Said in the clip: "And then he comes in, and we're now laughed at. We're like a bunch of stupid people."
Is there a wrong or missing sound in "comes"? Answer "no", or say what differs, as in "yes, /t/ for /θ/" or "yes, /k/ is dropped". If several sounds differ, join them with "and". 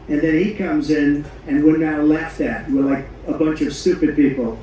no